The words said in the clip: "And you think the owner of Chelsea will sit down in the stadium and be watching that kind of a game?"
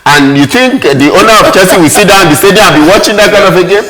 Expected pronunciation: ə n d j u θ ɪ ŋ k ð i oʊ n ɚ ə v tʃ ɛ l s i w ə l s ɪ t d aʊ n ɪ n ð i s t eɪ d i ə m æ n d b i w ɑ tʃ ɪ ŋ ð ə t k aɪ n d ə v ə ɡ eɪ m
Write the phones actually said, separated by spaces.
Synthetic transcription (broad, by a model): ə n j u θ ɪ ŋ k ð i oʊ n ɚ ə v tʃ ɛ s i w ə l s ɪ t d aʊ ɪ n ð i s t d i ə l b i w ɑ tʃ ɪ ŋ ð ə t k aɪ n d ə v ə ɡ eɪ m